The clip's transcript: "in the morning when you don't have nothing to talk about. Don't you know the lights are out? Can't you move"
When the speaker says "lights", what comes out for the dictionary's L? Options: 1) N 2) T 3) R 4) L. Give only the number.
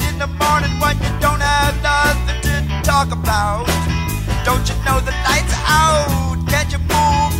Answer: 1